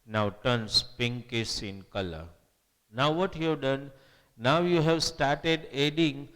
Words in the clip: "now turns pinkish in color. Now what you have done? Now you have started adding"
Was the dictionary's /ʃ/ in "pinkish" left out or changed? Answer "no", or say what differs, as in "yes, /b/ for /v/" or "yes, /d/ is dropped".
yes, /s/ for /ʃ/